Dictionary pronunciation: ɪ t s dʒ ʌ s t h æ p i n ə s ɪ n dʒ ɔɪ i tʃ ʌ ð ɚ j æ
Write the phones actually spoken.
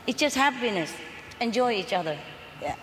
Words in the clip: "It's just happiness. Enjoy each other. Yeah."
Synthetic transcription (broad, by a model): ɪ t dʒ ʌ s t h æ b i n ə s ɪ n dʒ ɔɪ i tʃ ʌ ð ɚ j